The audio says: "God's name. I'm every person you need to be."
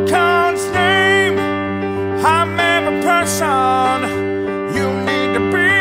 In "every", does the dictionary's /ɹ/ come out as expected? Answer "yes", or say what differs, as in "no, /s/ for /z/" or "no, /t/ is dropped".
no, /ɹ/ is dropped